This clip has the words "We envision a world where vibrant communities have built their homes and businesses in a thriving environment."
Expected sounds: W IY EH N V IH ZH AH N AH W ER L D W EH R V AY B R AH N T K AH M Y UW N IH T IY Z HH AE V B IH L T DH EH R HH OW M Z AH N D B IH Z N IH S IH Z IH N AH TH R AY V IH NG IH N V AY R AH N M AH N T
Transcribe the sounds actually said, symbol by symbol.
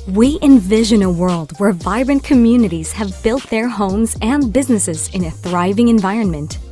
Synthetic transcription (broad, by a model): W IY EH N V IH ZH AH N AH W ER L D W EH R V AY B R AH N K AH M Y UW N IH T IY Z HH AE V B IH L T DH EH R HH OW M Z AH N B IH Z N IH S IH Z IH N AH TH R AY V IH NG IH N V AY R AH N M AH N T